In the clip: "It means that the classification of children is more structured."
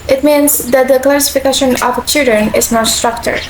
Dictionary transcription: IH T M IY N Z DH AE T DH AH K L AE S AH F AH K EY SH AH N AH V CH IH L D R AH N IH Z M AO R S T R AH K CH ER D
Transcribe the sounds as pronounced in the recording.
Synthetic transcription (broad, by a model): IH T M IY N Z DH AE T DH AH K L AE S AH F AH K EY SH AH N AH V CH IH L D R AH N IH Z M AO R S T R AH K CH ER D